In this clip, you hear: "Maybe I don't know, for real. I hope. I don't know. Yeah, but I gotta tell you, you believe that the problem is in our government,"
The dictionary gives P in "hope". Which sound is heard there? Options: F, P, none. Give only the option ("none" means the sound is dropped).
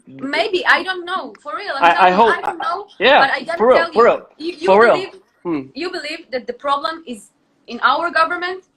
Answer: none